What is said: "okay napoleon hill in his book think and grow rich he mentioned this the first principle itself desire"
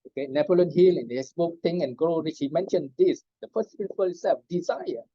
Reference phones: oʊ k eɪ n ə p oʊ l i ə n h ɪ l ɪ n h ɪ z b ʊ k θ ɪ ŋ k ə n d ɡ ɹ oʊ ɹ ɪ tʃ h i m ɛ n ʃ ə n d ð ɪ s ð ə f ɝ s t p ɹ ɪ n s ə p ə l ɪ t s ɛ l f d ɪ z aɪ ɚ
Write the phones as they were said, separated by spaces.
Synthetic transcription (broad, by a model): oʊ k eɪ n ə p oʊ l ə n h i l ɪ n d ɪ s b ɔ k t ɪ ŋ ə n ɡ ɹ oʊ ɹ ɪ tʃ h i m ɛ n ʃ ə n d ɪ s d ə f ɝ s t p ɹ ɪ n s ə p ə l s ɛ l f d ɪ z aɪ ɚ